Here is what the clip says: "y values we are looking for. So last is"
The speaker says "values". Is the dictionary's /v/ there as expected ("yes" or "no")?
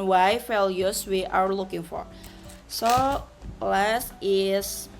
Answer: no